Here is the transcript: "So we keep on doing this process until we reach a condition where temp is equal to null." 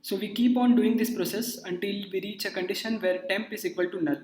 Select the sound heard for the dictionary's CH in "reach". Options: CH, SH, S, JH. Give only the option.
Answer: CH